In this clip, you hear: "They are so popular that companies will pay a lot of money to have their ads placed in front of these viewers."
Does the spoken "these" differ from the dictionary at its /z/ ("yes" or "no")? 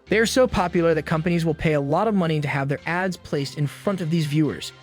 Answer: no